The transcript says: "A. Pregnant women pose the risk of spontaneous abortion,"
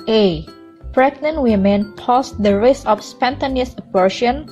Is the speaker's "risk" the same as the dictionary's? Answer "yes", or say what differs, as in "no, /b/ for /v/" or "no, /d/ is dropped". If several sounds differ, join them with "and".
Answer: no, /k/ is dropped